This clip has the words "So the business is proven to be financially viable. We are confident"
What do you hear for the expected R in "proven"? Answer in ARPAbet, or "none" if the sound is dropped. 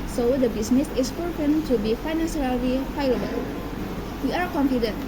none